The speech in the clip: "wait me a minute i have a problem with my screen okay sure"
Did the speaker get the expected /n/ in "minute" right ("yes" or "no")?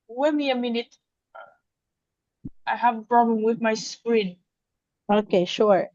yes